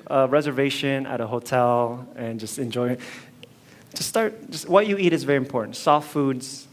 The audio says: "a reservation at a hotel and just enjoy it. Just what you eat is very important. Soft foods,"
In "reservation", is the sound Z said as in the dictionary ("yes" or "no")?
yes